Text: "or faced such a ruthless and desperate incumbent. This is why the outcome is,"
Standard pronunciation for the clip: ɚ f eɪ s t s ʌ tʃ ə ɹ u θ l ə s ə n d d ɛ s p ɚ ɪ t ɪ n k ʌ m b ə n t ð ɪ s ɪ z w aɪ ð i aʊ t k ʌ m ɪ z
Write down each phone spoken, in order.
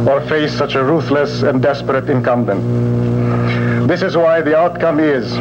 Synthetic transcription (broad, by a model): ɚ f eɪ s s ʌ tʃ ə ɹ u θ l ə s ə n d d ɛ s p ɚ ɪ t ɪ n k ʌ m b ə n t ð ɪ s ɪ z w aɪ ð i aʊ t k ʌ m ɪ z